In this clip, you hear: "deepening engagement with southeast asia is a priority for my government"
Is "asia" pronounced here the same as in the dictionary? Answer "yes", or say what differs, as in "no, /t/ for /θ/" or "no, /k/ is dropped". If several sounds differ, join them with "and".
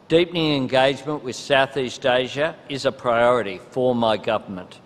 yes